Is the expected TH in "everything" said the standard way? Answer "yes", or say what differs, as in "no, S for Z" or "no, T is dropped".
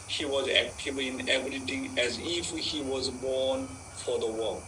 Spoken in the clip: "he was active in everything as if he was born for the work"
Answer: no, T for TH